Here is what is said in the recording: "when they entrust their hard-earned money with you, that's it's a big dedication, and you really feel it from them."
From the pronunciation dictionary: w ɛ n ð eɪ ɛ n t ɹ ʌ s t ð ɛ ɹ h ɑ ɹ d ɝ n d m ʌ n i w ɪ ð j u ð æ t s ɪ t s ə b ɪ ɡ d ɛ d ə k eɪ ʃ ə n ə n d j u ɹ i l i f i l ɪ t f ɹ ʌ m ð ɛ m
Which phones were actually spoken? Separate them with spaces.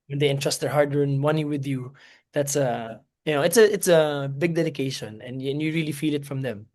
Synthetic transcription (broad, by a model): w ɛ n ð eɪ ɛ n t ɹ ʌ s t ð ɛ ɹ h ɑ ɹ d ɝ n m ʌ n i w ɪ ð j u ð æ t s ɪ t s ə b ɪ ɡ d ɛ d ə k eɪ ʃ ə n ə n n j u ɹ i l i f i l ɪ t f ɹ ʌ m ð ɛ m